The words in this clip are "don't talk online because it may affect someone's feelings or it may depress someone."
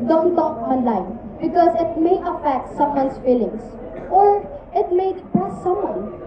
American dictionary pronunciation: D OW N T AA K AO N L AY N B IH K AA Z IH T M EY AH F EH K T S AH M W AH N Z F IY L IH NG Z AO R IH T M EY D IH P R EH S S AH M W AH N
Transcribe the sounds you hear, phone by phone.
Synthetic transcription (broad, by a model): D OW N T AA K AO N L AY N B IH K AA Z IH T M EY AH F EH K T S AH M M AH N S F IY L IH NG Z AO R IH T M EY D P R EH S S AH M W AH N